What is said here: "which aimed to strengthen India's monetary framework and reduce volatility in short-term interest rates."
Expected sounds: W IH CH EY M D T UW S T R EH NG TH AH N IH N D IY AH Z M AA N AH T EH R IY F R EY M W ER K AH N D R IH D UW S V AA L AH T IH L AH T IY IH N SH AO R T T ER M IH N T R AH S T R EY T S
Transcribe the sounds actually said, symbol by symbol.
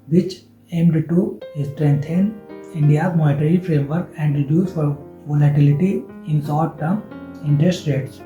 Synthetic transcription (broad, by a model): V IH CH EY M D T UW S T R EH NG T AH N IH N D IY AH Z M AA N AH T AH R IY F R EY M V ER K AH N D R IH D UW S F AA L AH T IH L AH T IY IH N S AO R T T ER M IH N T R AH S T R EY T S